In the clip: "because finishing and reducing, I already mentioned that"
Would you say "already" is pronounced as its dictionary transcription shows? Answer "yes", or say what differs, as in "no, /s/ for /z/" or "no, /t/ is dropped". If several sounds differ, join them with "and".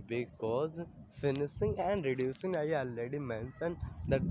no, /ɹ/ is dropped